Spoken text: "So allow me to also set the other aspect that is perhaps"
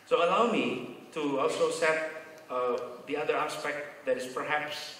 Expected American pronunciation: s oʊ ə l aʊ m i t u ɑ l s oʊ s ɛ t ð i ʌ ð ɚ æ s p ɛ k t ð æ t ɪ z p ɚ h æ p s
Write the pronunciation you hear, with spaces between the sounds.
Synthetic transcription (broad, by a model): s oʊ ə l aʊ m i t u ɑ l s oʊ s ɛ t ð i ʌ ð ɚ æ s p ɛ k t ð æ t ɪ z p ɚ h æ p s